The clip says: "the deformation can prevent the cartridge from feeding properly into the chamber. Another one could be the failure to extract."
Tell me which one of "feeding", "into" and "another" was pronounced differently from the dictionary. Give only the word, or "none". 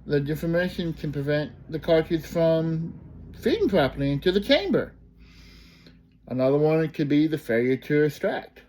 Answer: none